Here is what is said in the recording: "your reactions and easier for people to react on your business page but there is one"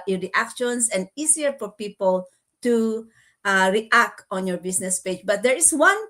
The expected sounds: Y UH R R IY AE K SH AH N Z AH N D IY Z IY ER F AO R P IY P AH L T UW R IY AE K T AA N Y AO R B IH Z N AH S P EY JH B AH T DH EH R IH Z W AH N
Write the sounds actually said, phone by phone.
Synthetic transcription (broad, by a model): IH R R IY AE K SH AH N S AH N D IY S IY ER F AO R P IY P AH L T UW R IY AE K T AA N Y AO R B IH S N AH S P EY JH B AH T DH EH R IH S W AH N